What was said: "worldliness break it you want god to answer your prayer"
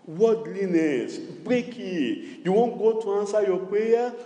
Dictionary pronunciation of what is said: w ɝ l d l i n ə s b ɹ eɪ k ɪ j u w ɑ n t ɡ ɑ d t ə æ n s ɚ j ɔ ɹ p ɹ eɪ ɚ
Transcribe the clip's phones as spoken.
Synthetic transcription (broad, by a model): w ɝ d l i n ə s b ɹ eɪ k ɪ j u w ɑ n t ɡ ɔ t ə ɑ n s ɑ j ɔ p ɹ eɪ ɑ